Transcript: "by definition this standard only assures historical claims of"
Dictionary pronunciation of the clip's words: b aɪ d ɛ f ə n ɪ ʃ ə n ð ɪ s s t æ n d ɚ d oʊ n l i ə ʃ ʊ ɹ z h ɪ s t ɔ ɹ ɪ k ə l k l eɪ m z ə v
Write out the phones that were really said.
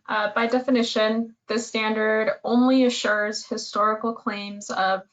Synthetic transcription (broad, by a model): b aɪ d ɛ f ə n ɪ ʃ ə n ð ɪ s s t æ n d ɚ d oʊ n l i ə ʃ ʊ ɹ z h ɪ s t ɔ ɹ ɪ k l k l eɪ m z ə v